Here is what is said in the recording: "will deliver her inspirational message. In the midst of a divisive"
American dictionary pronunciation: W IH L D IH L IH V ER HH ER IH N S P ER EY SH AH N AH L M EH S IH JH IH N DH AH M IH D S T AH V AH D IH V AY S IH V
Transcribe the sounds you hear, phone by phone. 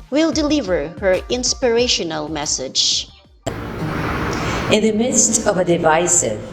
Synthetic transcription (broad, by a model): W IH L D IH L IH V ER HH ER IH N S P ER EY SH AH N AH L M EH S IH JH IH N DH AH M IH D S T AH V AH D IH V AY S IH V